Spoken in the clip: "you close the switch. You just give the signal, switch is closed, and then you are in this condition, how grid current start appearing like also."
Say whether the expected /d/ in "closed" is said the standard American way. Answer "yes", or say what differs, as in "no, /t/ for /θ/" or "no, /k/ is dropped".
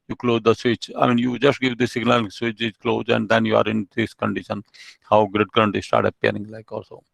no, /d/ is dropped